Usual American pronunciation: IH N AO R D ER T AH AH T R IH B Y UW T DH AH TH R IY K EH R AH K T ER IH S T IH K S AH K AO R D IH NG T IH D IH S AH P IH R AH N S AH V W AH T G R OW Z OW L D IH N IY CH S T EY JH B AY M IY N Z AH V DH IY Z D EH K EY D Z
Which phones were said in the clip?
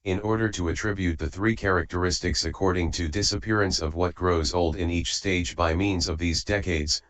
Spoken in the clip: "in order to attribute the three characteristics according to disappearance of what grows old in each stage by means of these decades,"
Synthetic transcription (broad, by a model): IH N AO R D ER T AH AH T R IH B Y UW T DH AH TH R IY K EH R AH K T ER IH S T IH K S AH K AO R D IH NG T IH D IH S AH P IH R AH N S AH V W AH T G R OW Z OW L D IH N IY CH S T EY JH B AY M IY N Z AH V DH IY Z D EH K EY D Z